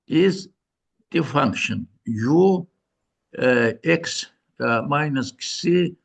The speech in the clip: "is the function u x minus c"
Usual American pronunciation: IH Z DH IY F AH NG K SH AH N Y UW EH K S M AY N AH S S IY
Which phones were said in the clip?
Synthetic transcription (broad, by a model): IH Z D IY F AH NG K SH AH N Y UW EH K S M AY N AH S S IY